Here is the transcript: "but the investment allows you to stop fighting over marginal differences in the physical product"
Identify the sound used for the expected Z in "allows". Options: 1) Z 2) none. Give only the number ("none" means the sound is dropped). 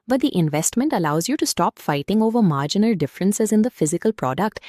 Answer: 1